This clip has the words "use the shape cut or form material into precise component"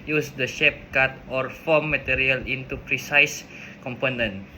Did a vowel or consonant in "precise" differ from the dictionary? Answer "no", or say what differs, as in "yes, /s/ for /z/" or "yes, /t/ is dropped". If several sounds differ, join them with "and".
no